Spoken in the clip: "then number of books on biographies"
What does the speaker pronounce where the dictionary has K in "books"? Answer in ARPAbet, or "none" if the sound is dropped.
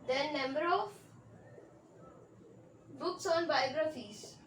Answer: K